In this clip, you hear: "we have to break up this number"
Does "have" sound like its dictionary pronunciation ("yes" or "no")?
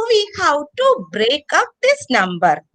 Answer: no